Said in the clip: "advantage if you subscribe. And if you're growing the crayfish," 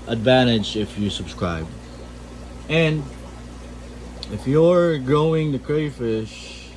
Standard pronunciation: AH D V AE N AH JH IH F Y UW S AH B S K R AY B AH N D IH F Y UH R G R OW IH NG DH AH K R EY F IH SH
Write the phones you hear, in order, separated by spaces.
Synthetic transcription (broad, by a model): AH D V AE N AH JH IH F Y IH S AH B S K R AY B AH N IH F Y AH R G OW IH NG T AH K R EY F IH SH